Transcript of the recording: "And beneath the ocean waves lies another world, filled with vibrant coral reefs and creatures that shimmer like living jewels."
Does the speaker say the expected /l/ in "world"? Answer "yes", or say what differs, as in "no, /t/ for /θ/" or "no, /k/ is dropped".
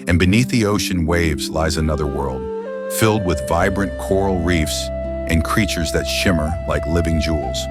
yes